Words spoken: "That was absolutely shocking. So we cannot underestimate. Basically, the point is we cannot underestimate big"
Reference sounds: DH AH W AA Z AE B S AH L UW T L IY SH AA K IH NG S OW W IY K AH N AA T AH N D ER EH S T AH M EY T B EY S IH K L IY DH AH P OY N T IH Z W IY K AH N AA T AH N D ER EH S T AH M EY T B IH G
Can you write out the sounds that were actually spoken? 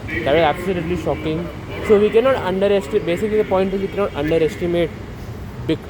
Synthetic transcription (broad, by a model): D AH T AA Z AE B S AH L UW T L IY SH AA K IH NG S OW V IY K AH N AA T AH N D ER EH S T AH B EY S IH K L IY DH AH P OY N T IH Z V IY K AH N AA T AH N D ER EH S T AH M EY T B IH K